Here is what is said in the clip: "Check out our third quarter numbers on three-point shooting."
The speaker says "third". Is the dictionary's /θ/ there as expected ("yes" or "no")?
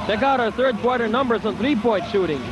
yes